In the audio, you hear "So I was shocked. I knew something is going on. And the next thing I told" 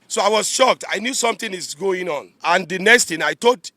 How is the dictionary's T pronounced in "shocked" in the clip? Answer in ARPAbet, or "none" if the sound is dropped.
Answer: T